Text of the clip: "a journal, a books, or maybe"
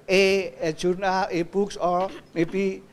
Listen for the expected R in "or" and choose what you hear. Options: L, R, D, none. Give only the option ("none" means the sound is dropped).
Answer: L